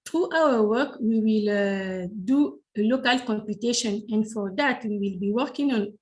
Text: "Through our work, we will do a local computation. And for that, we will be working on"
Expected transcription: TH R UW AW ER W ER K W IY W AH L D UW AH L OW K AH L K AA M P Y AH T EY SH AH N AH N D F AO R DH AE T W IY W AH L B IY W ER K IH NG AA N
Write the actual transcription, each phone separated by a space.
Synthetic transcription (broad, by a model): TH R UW AW ER W ER K W IY W AH L D UW AH L OW K AH L K AA M P Y AH T EY SH AH N AH N D F AO R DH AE T W IY W AH L B IY W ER K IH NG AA N